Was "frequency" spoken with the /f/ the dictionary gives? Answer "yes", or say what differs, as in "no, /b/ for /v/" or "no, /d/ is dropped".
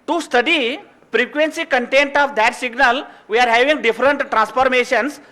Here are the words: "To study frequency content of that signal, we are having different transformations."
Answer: no, /p/ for /f/